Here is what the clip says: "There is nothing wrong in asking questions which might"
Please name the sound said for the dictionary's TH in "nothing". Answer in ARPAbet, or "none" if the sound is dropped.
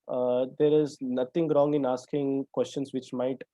T